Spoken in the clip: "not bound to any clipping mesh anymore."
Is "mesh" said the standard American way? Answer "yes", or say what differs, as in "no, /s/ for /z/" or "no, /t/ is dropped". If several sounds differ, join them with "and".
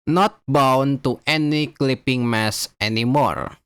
no, /s/ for /ʃ/